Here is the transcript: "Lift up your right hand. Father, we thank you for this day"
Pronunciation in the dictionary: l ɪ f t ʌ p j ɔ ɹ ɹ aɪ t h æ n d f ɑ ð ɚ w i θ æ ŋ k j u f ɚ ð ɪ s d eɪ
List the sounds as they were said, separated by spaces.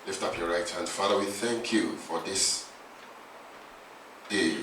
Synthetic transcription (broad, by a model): l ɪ f t ʌ p j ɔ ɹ ɹ aɪ t h æ n d f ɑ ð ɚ w i θ æ ŋ k j u f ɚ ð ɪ s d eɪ